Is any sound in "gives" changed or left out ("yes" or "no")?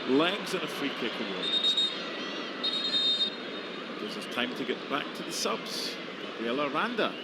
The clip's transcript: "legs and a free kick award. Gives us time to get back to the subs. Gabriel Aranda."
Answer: yes